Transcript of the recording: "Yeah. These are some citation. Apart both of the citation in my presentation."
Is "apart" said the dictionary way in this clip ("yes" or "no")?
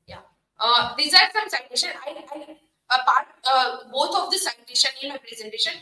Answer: yes